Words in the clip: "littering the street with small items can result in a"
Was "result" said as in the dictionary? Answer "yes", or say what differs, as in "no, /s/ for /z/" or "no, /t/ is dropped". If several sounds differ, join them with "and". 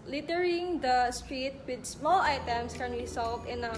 no, /w/ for /ɹ/ and /s/ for /z/